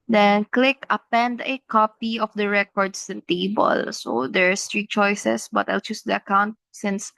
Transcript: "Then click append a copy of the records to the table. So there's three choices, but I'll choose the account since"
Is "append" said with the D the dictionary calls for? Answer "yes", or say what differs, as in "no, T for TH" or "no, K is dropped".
yes